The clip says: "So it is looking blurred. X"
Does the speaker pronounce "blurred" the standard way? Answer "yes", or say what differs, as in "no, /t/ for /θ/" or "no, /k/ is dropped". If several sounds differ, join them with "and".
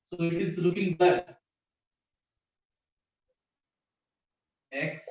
no, /l/ is dropped